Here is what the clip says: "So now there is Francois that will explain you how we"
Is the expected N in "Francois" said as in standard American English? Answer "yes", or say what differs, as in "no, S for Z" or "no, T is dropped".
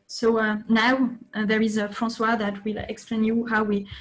no, N is dropped